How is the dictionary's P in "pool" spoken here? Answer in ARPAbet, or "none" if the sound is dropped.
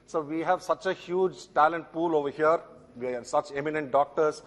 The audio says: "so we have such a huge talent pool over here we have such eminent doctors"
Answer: P